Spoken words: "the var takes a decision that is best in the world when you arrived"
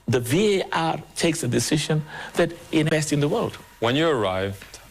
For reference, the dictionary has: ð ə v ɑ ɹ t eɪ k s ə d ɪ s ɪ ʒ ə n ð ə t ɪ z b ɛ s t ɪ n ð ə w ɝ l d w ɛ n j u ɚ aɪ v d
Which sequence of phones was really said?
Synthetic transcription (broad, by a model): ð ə v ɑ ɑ t eɪ k s ə d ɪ s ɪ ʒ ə n ð ə t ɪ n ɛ s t ɪ n ð ə w ɝ l d w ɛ n j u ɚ aɪ v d